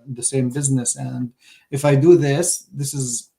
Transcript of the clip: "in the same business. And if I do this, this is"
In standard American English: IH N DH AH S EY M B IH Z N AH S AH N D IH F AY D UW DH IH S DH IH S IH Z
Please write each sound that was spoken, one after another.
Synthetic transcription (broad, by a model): DH AH S EY M B IH Z N AH S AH N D IH F AY D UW DH IH S DH IH S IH Z